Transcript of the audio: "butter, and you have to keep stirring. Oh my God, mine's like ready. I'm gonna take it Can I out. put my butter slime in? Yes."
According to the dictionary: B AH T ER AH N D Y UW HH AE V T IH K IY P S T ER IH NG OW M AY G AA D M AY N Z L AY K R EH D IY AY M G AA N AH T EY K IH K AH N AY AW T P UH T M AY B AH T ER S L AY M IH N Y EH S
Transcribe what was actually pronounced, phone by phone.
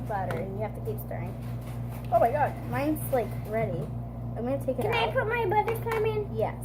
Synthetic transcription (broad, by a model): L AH T ER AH N Y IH HH AE F T IH K IY P S T ER IH NG OW M AY G AA D M AY N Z L AY K R EH D IY AY M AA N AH T EY K IH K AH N AY P UH T M AY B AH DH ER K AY M IH N Y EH